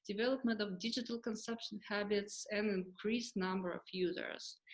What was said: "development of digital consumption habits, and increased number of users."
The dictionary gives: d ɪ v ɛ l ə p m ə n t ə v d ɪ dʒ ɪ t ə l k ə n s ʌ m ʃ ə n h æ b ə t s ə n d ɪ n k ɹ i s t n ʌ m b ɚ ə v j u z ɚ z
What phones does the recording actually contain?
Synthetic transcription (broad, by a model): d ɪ v ɛ l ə p m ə n t ə v d ɪ dʒ ɪ t ə l k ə n s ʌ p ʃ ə n h æ b ə t s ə n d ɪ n k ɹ i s n ʌ m b ɚ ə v j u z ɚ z